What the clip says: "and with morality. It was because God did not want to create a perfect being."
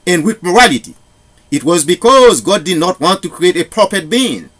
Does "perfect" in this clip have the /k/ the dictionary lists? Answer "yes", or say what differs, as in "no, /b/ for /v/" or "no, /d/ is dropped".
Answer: no, /k/ is dropped